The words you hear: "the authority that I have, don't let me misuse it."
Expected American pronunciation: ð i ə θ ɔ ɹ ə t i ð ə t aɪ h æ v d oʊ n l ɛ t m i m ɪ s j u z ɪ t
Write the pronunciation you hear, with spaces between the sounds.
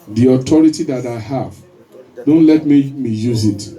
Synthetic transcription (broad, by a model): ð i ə t ɔ ɹ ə t i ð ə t aɪ h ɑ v d oʊ n l ɛ t m i m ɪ j u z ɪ t